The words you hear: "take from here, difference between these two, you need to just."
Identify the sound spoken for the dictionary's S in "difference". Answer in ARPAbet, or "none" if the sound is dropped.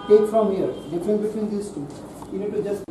none